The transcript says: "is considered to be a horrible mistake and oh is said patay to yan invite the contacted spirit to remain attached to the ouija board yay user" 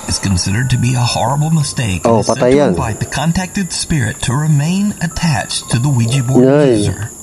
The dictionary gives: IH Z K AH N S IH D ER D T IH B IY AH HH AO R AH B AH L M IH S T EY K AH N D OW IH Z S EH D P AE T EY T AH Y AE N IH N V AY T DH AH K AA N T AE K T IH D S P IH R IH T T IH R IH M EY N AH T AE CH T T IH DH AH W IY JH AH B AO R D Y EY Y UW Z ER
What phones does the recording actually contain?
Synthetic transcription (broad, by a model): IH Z K AH N S IH D ER D T IH B IY AH HH AO R AH B AH L M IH S T EY AH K OW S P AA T T AH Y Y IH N F AY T DH AH K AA N T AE K T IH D S P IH R IH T T IH R IH M EY N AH T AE CH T T IH DH AH W IY JH AH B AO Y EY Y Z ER